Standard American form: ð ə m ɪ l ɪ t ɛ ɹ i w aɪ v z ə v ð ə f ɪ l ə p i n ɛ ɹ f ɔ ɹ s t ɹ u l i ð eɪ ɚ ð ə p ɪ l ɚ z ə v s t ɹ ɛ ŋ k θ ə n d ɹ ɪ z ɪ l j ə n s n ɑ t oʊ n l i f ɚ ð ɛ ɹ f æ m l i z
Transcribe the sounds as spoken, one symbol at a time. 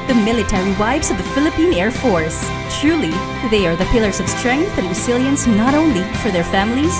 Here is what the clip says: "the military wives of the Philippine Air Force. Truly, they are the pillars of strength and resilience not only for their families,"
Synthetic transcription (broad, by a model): ð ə m ɪ l ɪ t ɛ ɹ i w aɪ v z ə v ð ə f ɪ l ə p i n ɛ ɹ f ɔ ɹ s t ɹ u l i ð eɪ ɚ ð ə p ɪ l ɚ z ə v s t ɹ ɛ ŋ k θ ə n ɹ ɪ s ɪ l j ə n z n ɑ t oʊ n l i f ɚ ð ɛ ɹ f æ m l i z